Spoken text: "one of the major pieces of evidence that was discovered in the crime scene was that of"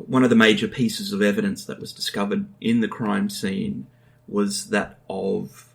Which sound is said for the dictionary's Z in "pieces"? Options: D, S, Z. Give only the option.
Z